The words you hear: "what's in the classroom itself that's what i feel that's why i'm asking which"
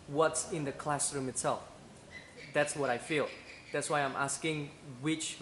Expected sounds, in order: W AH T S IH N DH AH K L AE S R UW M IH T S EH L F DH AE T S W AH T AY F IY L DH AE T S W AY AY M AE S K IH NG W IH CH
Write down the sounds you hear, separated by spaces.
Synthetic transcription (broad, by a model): W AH T S IH N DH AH K L AE S R UW M IH T S EH L F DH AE T S W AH T AY F IY L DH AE T S W AY AY M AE S K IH NG W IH CH